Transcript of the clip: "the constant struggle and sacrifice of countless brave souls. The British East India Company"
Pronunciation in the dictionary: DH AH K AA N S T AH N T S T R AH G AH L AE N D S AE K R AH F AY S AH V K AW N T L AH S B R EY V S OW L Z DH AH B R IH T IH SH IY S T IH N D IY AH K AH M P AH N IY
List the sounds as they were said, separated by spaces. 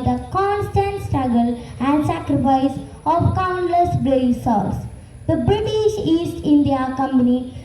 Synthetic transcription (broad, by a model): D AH K AA N S T AH N T S T R AH G AH L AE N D S AE K R AH F AY S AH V K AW N L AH S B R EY S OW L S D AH B R IH T IH SH IY S T IH N D IY AH K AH M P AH N IY